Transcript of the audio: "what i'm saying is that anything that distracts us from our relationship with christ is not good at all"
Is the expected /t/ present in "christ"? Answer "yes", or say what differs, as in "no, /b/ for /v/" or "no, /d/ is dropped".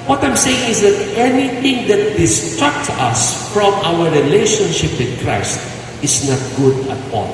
yes